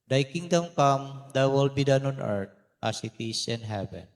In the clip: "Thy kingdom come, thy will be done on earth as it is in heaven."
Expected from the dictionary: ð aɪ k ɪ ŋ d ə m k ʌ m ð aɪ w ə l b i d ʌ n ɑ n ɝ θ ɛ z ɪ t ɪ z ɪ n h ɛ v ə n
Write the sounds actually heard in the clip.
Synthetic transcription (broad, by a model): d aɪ k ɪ ŋ d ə m k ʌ m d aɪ w ə l b i d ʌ n ɑ n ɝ t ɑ s ɪ t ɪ s ɪ n h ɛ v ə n